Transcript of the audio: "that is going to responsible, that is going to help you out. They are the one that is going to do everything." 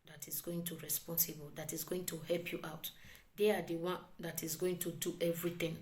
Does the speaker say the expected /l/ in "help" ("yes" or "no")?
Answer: yes